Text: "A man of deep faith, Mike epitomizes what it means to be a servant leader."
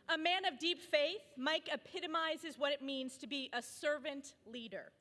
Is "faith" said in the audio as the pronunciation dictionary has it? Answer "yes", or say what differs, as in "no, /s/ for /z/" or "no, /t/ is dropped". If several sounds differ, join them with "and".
yes